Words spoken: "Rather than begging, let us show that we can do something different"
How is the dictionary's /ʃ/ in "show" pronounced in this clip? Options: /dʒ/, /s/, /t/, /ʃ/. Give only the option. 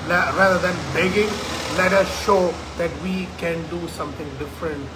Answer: /ʃ/